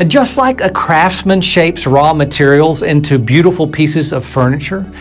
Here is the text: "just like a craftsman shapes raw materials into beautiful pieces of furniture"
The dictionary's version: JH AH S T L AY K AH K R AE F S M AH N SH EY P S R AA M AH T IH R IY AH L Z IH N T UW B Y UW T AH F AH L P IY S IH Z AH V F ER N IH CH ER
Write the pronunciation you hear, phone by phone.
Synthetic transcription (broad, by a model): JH AH S T L AY K AH K R AE F S M AH N SH EY P S R AA M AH T IH R IY L Z IH N T UW B Y UW T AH F L P IY S IH Z AH V F ER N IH CH ER